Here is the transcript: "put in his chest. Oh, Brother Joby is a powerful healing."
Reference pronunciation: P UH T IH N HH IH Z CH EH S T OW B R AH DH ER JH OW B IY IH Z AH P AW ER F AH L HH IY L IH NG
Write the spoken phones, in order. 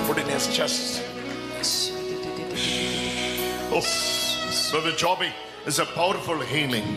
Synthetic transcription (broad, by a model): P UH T IH N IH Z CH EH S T OW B AH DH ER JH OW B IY IH Z AH P AW ER F AH L HH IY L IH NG